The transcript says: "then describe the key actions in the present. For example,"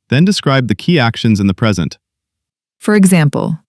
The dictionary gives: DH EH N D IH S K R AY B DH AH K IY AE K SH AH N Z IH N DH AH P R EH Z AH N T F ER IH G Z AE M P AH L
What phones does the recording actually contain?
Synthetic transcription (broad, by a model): DH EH N D IH S K R AY B DH AH K IY AE K SH AH N Z IH N DH AH P R EH Z AH N T F ER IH G Z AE M P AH L